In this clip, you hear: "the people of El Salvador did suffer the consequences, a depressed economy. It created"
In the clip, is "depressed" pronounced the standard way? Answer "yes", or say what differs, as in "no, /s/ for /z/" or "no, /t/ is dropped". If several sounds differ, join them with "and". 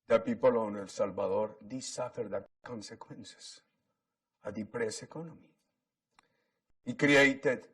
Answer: no, /t/ is dropped